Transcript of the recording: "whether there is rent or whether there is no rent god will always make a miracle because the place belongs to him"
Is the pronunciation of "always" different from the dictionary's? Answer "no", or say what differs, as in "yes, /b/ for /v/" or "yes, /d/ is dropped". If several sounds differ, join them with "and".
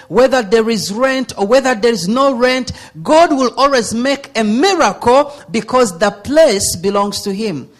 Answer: no